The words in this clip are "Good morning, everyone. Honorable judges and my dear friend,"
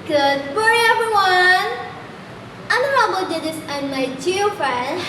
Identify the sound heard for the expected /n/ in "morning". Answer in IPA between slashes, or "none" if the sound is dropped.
none